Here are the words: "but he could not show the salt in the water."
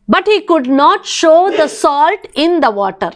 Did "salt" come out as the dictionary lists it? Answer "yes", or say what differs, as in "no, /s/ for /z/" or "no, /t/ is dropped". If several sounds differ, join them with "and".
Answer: yes